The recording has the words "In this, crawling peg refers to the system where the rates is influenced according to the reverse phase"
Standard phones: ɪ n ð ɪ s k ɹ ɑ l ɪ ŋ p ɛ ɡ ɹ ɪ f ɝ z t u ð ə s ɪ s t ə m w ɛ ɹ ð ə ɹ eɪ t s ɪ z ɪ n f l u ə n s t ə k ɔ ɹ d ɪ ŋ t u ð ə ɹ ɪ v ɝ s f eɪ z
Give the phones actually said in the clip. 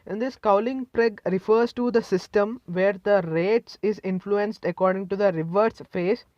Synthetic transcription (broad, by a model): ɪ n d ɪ s k ɑ l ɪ ŋ p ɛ ɡ ɹ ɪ f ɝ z t u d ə s ɪ s t ə m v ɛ ɹ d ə ɹ eɪ t s ɪ z ɪ n f l u ə n s t ə k ɔ ɹ d ɪ ŋ t u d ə ɹ ɪ v ɝ s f eɪ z